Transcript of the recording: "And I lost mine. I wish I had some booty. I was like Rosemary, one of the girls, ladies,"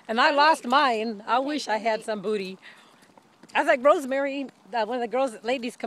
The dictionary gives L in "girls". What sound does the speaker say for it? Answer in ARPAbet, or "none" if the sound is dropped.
L